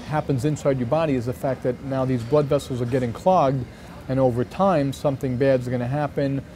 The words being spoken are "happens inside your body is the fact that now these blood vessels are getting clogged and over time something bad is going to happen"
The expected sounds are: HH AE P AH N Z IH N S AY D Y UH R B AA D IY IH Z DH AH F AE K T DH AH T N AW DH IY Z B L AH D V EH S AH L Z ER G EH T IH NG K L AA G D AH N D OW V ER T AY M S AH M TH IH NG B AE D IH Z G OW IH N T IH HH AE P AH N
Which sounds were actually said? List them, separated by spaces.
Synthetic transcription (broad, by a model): HH AE P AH N Z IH N S AY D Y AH R B AA D IY IH Z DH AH F AE K T DH AH T N AW DH IY Z B L AH D V EH S L Z ER G EH T IH NG K L AA G D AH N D OW V ER T AY M S AH M TH IH NG B AE D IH Z G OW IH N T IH HH AE P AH N